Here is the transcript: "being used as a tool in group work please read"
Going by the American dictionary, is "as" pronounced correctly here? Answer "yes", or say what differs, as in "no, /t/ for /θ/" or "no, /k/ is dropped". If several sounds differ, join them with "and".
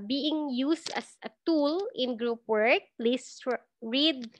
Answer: no, /s/ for /z/